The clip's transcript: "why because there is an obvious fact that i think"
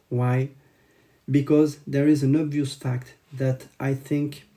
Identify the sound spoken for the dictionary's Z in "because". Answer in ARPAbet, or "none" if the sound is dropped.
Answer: Z